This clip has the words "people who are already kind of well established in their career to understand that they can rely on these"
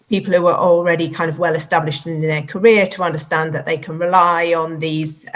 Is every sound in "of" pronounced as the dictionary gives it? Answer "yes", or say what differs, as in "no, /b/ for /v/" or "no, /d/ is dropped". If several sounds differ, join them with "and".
yes